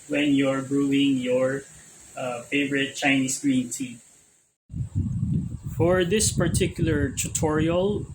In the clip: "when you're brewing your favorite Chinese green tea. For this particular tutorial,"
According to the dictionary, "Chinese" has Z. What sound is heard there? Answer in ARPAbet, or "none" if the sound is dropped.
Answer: S